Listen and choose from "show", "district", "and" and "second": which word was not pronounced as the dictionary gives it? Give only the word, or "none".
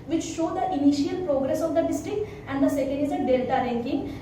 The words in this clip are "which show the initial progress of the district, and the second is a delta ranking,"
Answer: none